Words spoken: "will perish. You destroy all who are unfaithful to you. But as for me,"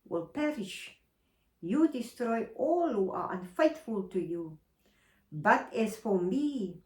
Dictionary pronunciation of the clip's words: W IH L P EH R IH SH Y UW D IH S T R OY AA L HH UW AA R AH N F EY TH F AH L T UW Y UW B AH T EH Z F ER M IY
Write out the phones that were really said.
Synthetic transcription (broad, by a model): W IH L P EH R IH SH Y UW D IH S T R OY AA L HH UW AA R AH N F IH T F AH L T UW Y UW B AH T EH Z F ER M IY